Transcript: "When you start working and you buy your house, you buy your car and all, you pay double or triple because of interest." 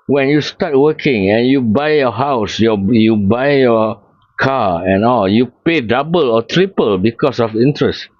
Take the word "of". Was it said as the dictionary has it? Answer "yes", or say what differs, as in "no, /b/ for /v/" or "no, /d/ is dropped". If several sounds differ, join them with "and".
no, /f/ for /v/